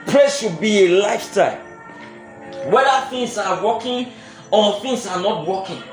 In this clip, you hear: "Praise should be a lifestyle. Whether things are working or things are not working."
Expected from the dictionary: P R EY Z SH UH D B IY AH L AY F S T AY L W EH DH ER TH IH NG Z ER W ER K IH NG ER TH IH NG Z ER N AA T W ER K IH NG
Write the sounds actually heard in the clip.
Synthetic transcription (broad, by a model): P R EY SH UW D B IY AH L AY F T AY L W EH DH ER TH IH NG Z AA W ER K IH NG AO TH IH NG S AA N AA T W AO K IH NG